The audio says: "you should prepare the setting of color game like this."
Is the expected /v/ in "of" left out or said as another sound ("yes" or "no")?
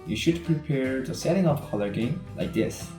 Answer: yes